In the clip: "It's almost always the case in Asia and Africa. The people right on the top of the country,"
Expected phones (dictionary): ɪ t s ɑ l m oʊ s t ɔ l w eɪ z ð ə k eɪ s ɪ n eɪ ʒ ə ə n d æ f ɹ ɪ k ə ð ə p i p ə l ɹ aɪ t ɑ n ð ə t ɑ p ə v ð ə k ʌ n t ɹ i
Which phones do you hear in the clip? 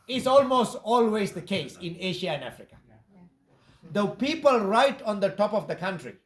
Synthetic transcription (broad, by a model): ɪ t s ɑ l m oʊ s t ɔ l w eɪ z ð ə k eɪ s ɪ n eɪ ʃ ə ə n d æ f ɹ ɪ k ə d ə p i p ə l ɹ aɪ t ɑ n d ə t ɑ p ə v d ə k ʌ n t ɹ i